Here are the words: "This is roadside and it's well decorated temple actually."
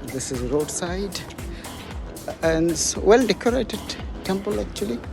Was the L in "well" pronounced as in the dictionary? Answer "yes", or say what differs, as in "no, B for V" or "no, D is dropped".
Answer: yes